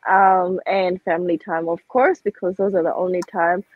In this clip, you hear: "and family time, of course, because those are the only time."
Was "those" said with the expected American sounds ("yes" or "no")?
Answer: yes